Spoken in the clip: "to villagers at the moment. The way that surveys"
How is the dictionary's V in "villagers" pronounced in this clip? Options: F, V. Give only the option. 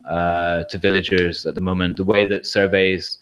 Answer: V